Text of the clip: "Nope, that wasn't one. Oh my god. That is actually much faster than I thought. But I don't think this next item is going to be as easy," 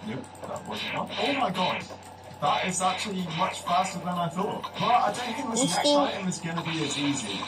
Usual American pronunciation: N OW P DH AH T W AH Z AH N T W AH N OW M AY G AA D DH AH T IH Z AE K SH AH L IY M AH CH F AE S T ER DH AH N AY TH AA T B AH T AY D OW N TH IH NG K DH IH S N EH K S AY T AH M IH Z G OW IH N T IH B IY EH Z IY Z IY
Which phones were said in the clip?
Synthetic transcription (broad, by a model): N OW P DH AH T W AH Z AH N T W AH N OW M AY G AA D DH AH T IH Z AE K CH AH L IY M AH CH F AE S T ER DH AH N AY TH AA T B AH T AY D OW N TH IH NG K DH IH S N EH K AY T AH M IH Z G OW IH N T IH B IY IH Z IY Z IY